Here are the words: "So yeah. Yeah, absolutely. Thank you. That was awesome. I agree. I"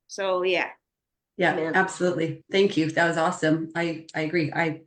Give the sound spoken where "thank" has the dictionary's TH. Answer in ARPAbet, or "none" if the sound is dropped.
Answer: TH